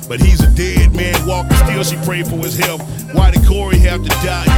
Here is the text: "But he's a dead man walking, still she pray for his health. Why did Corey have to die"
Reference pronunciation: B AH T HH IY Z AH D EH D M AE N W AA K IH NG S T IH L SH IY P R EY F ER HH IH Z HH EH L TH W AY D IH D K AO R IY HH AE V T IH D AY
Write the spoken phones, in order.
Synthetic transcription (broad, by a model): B AH T HH IY Z AH D EH D M AE N W AA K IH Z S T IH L S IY P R EY F ER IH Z HH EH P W AY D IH K AO R IY HH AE F T IH D AY